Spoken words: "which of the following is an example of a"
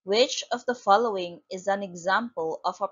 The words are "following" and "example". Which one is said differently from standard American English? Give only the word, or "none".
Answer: none